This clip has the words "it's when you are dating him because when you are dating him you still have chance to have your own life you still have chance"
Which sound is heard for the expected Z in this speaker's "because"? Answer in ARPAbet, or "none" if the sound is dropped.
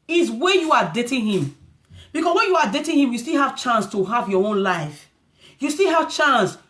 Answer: S